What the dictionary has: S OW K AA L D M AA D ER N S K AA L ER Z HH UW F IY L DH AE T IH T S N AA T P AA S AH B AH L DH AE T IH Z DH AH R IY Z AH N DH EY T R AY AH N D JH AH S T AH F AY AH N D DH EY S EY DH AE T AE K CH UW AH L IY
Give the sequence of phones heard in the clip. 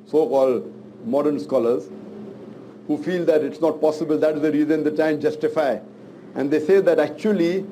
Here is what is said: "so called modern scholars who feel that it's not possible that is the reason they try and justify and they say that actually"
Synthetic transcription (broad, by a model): S OW K AA L D M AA D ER N S K AA L ER Z HH UW F IY L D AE T IH T S N AA T P AA S AH B AH L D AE T IH Z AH R IY Z AH N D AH T AY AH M JH AH S T AH F AY AH N D EY S EY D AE T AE K CH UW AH L IY